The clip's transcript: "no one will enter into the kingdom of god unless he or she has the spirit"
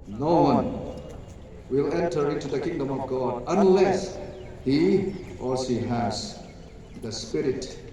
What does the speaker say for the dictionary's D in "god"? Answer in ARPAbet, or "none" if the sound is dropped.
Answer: D